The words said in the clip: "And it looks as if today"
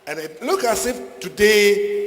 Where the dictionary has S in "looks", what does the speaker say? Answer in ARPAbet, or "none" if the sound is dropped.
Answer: none